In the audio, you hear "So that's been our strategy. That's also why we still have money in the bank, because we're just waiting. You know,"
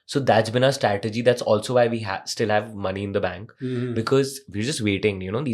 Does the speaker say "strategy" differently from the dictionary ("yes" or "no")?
no